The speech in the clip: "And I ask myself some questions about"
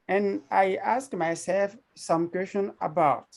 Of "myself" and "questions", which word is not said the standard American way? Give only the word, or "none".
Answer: questions